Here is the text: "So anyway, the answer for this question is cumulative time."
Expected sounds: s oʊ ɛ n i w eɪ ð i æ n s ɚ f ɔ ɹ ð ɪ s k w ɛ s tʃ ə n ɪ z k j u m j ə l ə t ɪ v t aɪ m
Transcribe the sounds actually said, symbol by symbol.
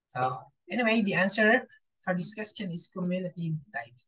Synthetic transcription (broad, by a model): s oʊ ɛ n i w eɪ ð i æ n s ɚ f ɔ ɹ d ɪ s k w ɛ s tʃ ə n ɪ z k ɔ m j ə n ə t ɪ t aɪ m